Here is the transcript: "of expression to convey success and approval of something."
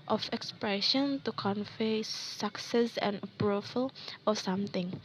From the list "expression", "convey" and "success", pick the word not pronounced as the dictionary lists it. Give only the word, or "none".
convey